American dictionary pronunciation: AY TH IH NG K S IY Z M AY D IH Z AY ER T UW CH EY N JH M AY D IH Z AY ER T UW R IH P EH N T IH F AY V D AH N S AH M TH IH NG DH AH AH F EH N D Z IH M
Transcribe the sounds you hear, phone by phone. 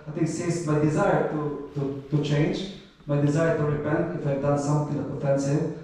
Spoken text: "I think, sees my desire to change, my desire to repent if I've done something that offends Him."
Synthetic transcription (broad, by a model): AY T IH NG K S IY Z M AY D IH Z AY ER T UW CH EY N JH M AY D IH Z AY ER T UW R IH P EH N T IH F AY V D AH N S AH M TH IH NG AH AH F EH N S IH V